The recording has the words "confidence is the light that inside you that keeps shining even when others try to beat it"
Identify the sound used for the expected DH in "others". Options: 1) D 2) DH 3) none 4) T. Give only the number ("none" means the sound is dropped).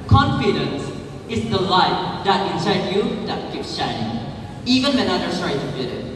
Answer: 3